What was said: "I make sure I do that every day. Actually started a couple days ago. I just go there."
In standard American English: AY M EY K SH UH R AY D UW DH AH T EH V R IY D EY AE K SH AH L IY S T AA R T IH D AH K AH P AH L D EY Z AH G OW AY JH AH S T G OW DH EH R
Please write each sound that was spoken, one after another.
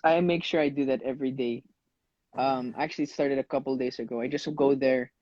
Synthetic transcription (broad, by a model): AY M EY K SH UH R AY D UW DH AH T EH V R IY D EY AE K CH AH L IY S T AA R T IH D AH K AH P AH L D EY S AH G OW AY JH AH S T G OW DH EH R